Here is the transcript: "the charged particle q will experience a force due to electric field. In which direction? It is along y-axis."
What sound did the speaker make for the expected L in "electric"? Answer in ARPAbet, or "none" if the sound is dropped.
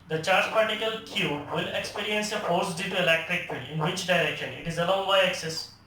L